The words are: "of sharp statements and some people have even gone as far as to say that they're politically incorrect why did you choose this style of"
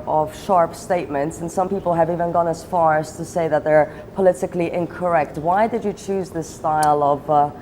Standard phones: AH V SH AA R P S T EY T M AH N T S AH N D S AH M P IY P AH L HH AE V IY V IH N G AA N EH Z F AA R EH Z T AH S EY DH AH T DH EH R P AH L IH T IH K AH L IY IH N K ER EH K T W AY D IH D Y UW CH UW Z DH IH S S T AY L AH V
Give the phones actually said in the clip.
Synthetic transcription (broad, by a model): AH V SH AA R P S T EY T M AH N T S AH N S AH M P IY P AH L HH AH V IY V IH N G AA N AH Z F AA R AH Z T AH S EY DH AH T DH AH R P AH L IH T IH K L IY IH N K ER EH K T W AY D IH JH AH CH UW Z DH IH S S T AY L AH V